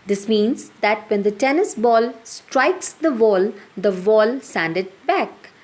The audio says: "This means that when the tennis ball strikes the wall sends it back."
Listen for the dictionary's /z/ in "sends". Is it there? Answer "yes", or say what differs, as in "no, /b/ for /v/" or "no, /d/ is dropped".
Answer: no, /z/ is dropped